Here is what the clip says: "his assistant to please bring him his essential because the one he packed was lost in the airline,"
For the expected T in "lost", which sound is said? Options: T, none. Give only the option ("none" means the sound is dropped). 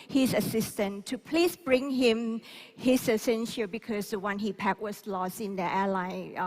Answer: none